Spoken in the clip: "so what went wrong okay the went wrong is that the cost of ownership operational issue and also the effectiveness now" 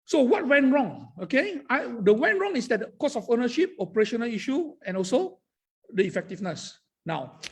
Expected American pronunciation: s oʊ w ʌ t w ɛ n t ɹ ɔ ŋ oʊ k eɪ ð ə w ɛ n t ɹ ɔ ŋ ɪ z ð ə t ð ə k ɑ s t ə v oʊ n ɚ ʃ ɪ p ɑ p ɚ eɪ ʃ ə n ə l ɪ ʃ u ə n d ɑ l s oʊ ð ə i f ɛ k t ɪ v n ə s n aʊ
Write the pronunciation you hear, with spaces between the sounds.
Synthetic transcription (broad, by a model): s oʊ w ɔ t w ɛ n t ɹ ɔ ŋ oʊ k eɪ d ə w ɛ n ɹ ɔ ŋ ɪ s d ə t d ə k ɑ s ə f oʊ n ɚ ʃ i p ɑ p ɚ eɪ ʃ ə n ə l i ʃ u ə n ɑ l s oʊ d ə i f ɛ k t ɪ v n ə s n aʊ